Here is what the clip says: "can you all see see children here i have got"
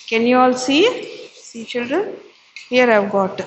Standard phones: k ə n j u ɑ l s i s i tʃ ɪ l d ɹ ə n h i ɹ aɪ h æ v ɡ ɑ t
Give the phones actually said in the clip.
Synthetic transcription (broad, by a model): k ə n j u ɑ l s i s i tʃ ɪ l d ɹ ə n h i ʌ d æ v ɡ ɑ t